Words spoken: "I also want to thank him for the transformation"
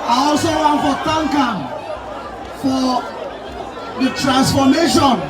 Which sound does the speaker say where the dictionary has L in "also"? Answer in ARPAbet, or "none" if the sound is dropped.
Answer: L